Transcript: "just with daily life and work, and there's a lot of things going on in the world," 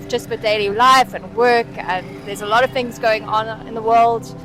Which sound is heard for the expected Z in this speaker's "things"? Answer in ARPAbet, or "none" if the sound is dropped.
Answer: Z